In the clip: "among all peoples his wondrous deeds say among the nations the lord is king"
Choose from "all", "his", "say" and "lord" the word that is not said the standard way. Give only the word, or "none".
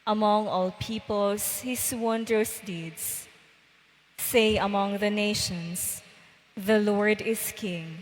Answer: his